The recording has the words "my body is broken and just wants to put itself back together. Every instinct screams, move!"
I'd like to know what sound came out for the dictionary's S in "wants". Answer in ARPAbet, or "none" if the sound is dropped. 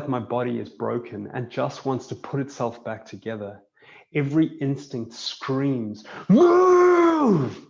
S